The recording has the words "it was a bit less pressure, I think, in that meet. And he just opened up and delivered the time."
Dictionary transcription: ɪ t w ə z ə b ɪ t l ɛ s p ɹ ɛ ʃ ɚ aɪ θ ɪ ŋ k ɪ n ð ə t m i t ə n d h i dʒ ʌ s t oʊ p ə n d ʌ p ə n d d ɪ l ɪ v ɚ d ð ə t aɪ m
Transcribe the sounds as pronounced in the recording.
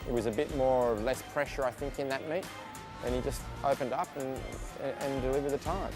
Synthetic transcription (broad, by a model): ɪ t w ə z ə b ɪ t l ɛ s p ɹ ɛ ʃ ɚ aɪ θ ɪ ŋ k ɪ n ð ə t m i t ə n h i dʒ ʌ s t oʊ p ə n d ʌ p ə n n d ɪ l ɪ v ɚ d ð ə t aɪ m